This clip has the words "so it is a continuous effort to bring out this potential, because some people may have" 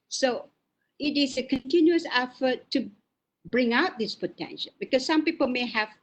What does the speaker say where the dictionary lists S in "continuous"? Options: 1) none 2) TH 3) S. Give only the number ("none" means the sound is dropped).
3